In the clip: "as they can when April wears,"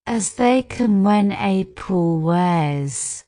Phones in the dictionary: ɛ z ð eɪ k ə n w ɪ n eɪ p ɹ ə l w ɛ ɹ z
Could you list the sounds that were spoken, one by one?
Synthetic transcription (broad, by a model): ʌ z ð eɪ k ə n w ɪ n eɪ p ə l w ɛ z